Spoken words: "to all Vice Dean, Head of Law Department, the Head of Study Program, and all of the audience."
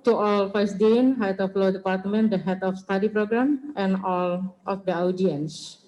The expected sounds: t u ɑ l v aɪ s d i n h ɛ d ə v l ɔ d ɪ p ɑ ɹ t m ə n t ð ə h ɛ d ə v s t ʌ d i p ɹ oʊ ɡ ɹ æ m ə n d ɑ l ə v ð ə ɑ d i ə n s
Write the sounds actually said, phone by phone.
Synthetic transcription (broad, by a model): t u ɑ l f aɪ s d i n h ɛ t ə f l ɔ d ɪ p ɑ ɹ t m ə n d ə h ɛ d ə f s t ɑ d i p ɹ oʊ ɡ ɹ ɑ m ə n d ɑ l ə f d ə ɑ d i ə n s